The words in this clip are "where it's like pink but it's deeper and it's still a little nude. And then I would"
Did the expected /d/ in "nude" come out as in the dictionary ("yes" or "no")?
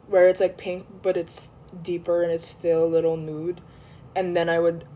yes